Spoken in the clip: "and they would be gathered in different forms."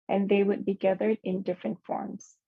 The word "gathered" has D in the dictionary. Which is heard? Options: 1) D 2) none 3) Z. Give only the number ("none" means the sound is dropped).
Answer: 1